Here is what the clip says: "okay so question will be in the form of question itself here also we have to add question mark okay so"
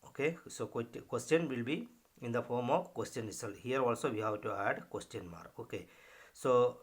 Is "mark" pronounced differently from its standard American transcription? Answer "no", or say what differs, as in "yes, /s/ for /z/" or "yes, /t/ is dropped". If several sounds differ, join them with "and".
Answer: yes, /k/ is dropped